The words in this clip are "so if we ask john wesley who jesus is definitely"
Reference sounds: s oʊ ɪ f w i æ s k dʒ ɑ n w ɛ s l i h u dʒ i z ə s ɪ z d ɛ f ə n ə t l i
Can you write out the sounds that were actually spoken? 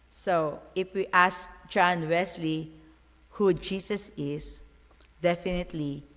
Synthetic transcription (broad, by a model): s oʊ ɪ f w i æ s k dʒ ɑ n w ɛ s l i h u dʒ i s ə s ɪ s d ɛ f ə n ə t l i